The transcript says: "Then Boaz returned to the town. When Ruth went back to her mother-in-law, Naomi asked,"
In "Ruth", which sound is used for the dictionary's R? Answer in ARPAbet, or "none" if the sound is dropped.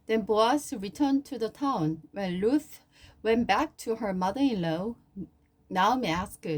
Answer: L